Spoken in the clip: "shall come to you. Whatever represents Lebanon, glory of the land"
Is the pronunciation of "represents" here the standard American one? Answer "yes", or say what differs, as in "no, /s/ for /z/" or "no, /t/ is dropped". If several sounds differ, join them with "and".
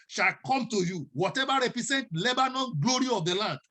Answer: no, /s/ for /z/